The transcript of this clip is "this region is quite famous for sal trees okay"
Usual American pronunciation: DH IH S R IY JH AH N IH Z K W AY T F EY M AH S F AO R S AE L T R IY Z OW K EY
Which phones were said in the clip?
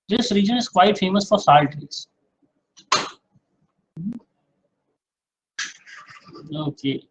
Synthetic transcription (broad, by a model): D IH S R IY JH AH N IH Z K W AY T F EY M AH S F AO R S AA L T IY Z OW K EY